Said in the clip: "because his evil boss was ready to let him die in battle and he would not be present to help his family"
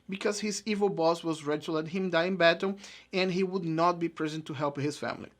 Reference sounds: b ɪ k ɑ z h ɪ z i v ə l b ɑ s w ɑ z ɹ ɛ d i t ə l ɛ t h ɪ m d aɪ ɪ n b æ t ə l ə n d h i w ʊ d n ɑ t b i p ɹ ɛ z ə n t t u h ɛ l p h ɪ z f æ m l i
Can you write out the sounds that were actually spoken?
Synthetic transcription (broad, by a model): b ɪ k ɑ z h ɪ z i v ə l b ɑ s w ɑ z ɹ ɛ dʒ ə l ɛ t h ɪ m d aɪ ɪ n b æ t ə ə n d h i w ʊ d n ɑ t b i p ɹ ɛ z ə n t t u h ɛ l p h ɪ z f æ m l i